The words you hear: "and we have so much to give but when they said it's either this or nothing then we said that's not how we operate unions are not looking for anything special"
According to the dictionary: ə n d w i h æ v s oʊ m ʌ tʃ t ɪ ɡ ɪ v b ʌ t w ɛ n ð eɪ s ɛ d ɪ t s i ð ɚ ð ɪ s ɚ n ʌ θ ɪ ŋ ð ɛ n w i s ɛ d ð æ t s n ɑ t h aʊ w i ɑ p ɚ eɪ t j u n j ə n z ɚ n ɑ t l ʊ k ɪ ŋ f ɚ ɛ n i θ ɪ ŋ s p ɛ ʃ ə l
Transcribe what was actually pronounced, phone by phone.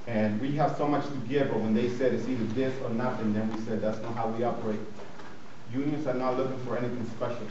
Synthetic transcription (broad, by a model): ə n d w i h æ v s oʊ m ʌ tʃ t ɪ ɡ ɪ v b ʌ t w ɛ n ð eɪ s ɛ d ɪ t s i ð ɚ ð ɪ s ɚ n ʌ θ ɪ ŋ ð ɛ n w i s ɛ d ð æ t s n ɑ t h aʊ w i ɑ b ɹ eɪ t j u n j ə n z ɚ n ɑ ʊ l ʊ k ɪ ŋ f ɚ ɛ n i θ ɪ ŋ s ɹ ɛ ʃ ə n